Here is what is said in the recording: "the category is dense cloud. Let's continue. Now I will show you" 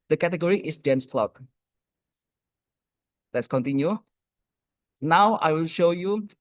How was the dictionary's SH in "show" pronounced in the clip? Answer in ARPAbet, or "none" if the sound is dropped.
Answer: SH